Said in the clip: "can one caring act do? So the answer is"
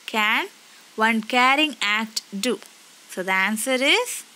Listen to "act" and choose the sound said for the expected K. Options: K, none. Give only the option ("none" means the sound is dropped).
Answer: none